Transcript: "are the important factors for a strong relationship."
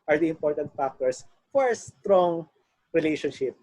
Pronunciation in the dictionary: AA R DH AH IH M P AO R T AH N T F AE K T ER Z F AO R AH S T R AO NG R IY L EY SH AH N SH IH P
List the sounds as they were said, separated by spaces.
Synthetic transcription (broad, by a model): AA R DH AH IH M P AO R T AH N T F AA K T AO S F AO R S T R AO NG R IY L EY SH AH N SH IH P